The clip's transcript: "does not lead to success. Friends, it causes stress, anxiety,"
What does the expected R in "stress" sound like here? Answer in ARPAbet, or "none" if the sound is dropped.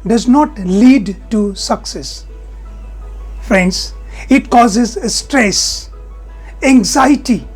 R